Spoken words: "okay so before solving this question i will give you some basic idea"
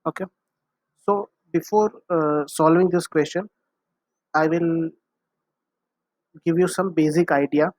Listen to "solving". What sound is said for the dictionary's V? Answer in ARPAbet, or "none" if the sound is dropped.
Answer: V